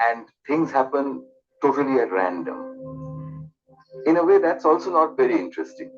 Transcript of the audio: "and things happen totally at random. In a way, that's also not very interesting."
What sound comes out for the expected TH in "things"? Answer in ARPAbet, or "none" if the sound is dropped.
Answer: T